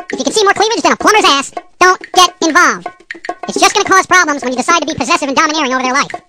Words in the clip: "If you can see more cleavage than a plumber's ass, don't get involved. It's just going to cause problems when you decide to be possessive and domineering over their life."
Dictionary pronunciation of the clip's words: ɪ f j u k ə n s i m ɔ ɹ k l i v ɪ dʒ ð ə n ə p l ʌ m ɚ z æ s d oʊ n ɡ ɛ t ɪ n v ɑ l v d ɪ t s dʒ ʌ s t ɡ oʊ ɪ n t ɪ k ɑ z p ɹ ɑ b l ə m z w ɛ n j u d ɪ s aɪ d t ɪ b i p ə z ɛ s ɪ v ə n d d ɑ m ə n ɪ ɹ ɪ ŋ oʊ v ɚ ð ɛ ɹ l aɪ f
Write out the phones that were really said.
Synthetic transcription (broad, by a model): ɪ f j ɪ k ə n s i m ɔ ɹ k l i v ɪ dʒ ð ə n ə p l ʌ m ɚ z æ s d oʊ n ɡ ɛ t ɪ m v ɑ l v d ɪ t s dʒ ʌ s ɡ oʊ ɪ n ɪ k ɑ z p ɹ ɑ b l ə m z w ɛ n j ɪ d ɪ s aɪ d t ɪ b i p ə z ɛ s ɪ v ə n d d ɑ m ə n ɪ ɹ ɪ ŋ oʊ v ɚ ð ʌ ɹ l aɪ f